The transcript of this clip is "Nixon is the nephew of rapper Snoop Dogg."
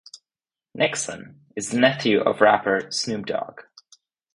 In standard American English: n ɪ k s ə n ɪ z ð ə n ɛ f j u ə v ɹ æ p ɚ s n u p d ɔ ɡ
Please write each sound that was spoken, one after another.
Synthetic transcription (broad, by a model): n ɪ k s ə n ɪ z ð ə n ɛ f j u ə v ɹ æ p ɚ s n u b d ɔ ɡ